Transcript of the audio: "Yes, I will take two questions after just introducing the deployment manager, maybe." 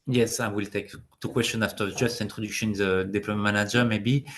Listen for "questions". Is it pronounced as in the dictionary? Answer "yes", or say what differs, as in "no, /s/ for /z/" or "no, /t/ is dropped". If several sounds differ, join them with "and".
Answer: no, /z/ is dropped